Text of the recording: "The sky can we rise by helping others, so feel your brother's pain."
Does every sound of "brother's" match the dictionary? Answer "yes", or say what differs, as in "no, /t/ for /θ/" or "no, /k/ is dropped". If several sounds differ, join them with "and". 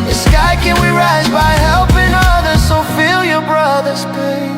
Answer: yes